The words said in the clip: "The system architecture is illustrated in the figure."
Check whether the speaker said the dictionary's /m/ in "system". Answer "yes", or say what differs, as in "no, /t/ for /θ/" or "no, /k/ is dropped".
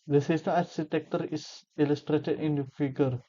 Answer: no, /m/ is dropped